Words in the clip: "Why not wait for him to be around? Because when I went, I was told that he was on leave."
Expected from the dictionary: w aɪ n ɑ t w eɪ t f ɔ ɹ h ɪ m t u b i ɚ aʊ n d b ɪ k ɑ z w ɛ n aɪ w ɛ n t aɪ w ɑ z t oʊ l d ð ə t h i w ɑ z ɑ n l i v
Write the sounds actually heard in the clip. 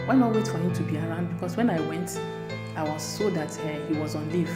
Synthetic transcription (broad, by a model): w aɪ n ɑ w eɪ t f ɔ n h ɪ t u b i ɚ aʊ n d b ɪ k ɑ s w ɛ n aɪ w ɛ n t aɪ w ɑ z s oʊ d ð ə t h i w ɑ z ɑ n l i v